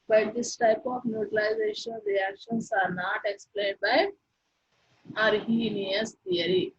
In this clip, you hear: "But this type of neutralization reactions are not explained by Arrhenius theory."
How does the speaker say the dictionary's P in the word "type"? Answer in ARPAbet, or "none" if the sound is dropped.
P